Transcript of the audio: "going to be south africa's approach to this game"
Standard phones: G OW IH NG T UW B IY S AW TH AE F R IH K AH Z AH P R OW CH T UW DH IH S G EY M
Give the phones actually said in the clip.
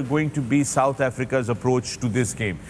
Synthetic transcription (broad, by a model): G OW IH NG T UW B IY S AW T AE F R IH K AH Z AH P R OW CH T UW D IH S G EY M